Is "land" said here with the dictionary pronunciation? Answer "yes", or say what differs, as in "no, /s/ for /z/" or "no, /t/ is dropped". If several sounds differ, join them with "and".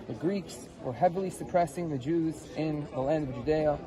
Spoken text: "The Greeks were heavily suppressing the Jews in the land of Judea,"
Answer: yes